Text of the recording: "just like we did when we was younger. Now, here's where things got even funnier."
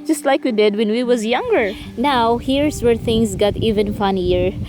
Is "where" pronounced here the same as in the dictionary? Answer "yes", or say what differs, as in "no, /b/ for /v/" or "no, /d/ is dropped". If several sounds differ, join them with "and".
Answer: yes